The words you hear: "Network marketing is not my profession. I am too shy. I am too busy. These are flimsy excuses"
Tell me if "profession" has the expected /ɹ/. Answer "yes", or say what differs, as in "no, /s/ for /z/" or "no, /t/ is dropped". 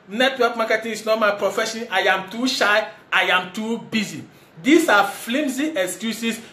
yes